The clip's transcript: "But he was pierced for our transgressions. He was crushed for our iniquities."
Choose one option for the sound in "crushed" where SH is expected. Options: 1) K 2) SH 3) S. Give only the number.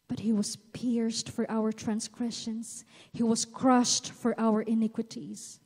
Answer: 2